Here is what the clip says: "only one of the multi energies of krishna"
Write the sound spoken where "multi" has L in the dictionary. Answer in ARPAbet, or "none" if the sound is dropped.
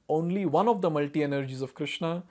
L